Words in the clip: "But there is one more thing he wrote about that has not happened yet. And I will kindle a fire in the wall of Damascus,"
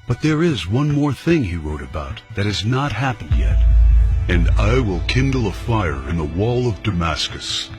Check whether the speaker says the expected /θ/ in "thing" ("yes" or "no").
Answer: yes